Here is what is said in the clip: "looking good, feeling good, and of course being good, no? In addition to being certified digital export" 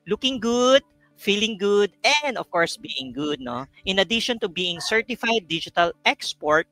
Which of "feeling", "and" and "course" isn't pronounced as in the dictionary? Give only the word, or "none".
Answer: none